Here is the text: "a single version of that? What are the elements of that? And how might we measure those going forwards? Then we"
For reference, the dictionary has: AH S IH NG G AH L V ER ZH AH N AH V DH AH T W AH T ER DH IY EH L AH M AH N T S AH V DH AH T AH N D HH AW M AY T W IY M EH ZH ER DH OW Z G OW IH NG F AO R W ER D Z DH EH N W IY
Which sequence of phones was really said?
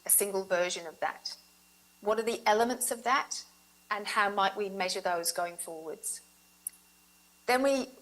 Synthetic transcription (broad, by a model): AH S IH NG G AH L V ER ZH AH N AH V DH AH T W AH T ER DH IY EH L AH M AH N T S AH V DH AH T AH N HH AW M AY T W IY M EH ZH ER DH OW Z G OW IH NG F AO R W ER D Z DH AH N W IY